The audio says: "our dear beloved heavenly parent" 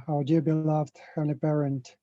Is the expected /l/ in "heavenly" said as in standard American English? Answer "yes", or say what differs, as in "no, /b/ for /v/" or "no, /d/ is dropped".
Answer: no, /l/ is dropped